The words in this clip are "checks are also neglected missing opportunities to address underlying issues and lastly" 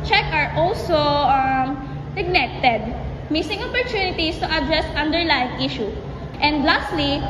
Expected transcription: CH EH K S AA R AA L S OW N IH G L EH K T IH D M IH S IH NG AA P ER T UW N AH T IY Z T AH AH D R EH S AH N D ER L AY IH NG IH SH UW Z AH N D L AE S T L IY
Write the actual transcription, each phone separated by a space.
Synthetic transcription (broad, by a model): CH EH K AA R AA L S OW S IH G N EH T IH D M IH S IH NG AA P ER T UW N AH T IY S T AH AH D R EH S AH N D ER L AY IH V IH SH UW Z AH N D L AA S T L IY